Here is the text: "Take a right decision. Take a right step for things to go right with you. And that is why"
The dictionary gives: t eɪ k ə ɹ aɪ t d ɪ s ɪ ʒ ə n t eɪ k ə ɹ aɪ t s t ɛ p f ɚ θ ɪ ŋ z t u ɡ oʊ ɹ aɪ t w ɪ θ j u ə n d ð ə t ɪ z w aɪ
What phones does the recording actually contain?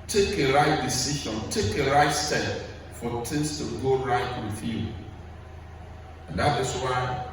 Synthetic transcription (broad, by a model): t eɪ k ə ɹ aɪ t d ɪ s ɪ ʃ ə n t eɪ k ə ɹ aɪ t s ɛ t f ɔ t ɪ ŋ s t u ɡ oʊ ɹ aɪ t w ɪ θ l ə n d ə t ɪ s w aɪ